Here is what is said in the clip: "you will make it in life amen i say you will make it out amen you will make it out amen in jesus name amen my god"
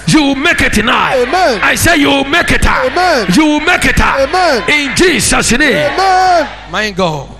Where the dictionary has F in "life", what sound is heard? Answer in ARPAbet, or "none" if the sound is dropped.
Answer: none